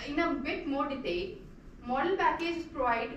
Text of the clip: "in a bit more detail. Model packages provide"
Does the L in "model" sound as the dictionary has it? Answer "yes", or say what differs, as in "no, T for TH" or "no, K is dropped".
yes